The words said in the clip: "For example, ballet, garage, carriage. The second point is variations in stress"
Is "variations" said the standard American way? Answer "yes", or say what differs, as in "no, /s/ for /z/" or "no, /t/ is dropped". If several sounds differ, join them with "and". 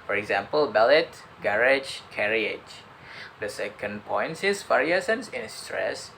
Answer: no, /s/ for /ʃ/ and /s/ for /z/